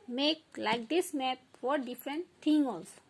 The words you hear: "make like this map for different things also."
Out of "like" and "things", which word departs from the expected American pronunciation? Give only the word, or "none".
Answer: things